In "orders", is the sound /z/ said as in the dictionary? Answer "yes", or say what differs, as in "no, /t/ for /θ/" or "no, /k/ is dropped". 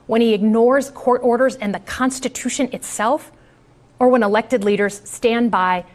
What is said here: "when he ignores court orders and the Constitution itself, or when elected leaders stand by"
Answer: yes